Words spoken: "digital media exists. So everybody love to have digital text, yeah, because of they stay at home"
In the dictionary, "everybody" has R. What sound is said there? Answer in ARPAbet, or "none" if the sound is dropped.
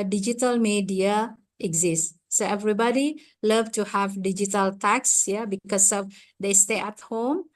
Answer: R